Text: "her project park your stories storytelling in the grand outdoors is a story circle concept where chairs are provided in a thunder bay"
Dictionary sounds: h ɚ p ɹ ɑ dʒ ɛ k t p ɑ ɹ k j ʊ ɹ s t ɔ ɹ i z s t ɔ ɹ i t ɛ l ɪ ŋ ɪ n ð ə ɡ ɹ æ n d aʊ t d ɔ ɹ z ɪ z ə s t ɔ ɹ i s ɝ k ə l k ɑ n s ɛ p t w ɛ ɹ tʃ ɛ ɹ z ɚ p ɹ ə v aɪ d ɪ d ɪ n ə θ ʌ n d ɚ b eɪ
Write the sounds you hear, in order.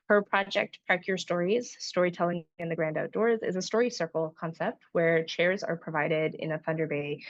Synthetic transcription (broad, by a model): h ɚ p ɹ ɑ dʒ ɛ k t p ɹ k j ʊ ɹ s t ɔ ɹ i z s t ɔ ɹ i t ɛ l ɪ ŋ ɪ n ð ə ɡ ɹ æ n d aʊ t d ɔ ɹ z ɪ z ə s t ɔ ɹ i s ɝ k l k ɑ n s ɛ p t w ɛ ɹ tʃ ɛ ɹ z ɚ p ɹ ə v aɪ d ɪ d ɪ n ə θ ʌ n d ɚ b eɪ